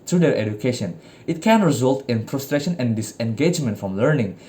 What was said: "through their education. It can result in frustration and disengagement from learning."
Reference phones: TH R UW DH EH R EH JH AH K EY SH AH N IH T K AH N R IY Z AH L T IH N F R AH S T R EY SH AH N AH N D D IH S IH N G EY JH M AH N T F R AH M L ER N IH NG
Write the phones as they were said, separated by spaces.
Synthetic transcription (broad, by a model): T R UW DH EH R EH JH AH K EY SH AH N IH T K AH N R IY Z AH L T IH N P R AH S T R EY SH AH N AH N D D IH S IH N G EY JH M AH N T F R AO M L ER N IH NG